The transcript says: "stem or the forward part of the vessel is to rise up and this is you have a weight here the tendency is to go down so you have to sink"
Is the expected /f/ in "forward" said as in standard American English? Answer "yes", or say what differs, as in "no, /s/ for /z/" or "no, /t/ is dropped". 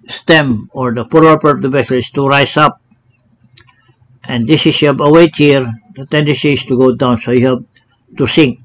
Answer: no, /p/ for /f/